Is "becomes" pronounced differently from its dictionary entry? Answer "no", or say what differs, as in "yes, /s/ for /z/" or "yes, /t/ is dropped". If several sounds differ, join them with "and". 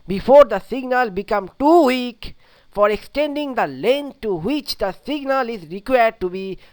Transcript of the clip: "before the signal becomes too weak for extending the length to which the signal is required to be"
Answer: yes, /z/ is dropped